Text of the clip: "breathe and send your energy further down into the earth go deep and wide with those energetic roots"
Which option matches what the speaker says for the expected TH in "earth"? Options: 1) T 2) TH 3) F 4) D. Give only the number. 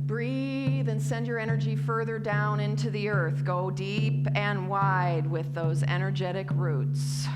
2